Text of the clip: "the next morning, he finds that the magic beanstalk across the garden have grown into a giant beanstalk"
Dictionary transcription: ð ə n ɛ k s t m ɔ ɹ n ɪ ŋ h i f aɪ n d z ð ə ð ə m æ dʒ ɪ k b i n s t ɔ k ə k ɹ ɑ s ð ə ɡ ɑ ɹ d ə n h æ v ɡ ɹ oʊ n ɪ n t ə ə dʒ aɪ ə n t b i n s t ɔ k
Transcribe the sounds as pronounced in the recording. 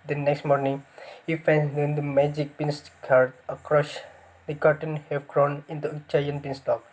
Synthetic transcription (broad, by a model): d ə n ɛ k s t m ɔ ɹ n ɪ ŋ h i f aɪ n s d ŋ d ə m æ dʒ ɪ k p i n s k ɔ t ə k ɹ ɑ s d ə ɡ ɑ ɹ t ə n h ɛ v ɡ ɹ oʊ n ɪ n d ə ə tʃ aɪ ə n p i n s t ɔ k